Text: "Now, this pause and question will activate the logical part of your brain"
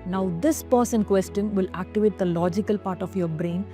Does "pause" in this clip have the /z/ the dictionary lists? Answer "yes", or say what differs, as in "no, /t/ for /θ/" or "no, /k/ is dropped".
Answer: no, /s/ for /z/